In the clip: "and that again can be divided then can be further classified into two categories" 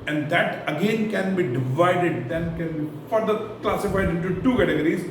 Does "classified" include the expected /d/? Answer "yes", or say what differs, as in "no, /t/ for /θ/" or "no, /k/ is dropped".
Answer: yes